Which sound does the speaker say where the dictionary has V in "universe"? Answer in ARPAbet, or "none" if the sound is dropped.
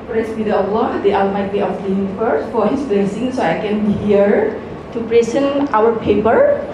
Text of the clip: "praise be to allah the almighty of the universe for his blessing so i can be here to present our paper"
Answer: F